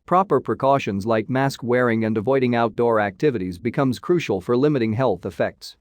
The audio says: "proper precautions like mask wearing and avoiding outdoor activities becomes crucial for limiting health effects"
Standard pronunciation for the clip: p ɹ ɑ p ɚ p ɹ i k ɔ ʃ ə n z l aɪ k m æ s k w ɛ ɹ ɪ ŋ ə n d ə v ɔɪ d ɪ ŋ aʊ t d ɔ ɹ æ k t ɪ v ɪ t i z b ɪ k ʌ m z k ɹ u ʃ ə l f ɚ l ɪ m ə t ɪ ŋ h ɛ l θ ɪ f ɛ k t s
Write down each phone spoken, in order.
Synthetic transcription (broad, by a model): p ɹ ɑ p ɚ p ɹ i k ɔ ʃ ə n z l aɪ k m æ s k w ɛ ɹ ɪ ŋ ə n d ə v ɔɪ d ɪ ŋ aʊ t d ɔ ɹ æ k t ɪ v ɪ t i z b ɪ k ʌ m z k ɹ u ʃ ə l f ɚ l ɪ m ə t ɪ ŋ h ɛ l θ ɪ f ɛ k t s